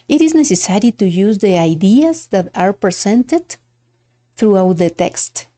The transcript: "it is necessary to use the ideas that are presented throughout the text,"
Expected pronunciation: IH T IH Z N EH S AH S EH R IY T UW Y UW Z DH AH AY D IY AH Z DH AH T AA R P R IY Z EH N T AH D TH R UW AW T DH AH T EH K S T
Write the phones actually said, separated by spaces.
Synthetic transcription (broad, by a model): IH T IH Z N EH S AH S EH R IY T UW Y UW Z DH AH AY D IY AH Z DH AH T AA R P R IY S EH N T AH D TH R UW AW T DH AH T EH K S T